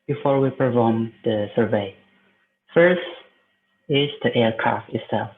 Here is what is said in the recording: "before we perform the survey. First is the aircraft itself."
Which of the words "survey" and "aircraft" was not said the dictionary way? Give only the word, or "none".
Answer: none